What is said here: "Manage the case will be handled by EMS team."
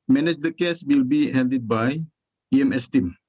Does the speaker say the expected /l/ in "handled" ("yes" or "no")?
no